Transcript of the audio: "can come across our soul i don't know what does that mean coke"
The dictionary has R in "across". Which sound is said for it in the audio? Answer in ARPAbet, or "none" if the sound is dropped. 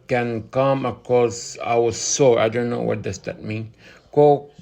none